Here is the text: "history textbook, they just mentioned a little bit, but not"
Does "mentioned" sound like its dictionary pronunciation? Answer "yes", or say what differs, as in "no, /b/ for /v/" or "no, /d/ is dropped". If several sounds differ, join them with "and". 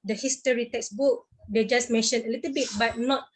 no, /d/ is dropped